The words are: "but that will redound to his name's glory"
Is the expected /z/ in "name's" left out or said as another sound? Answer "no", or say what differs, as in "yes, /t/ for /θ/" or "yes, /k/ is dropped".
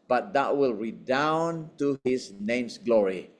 yes, /s/ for /z/